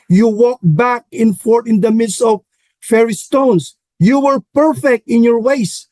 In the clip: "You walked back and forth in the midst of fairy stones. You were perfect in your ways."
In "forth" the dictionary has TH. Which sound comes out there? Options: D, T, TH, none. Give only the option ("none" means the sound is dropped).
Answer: T